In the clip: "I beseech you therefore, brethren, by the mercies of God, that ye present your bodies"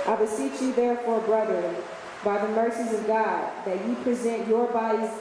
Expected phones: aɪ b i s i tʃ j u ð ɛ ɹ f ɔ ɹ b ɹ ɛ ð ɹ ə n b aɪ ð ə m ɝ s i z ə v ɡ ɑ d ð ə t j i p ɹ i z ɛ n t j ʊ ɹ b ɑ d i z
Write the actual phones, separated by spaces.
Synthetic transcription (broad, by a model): aɪ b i s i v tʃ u ð ɛ ɹ f ɔ ɹ b ɹ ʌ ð ə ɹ b aɪ ð ə m ɝ s i z ə v ɡ ɑ d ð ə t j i p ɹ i z ɛ n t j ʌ ɹ b ɑ d i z